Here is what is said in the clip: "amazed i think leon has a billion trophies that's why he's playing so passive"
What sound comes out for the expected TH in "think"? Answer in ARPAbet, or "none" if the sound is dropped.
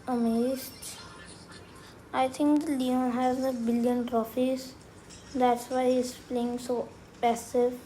T